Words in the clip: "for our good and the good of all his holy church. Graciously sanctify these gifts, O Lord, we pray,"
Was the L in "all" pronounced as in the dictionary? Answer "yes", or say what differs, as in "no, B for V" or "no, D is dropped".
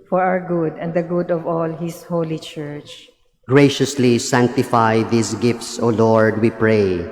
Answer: yes